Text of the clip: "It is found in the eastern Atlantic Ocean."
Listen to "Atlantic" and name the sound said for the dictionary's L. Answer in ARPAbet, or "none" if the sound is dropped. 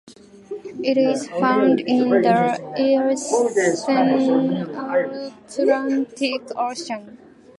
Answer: none